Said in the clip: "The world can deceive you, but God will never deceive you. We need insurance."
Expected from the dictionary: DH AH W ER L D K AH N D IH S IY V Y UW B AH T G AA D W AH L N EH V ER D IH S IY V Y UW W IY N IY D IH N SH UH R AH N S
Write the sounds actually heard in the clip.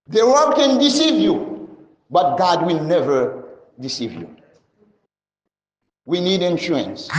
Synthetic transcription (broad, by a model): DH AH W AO D K AH N D IH S IY V Y UW B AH T G AA D W AH L N EH V ER D IH S IY V Y UW W IY N IY D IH N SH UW R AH N S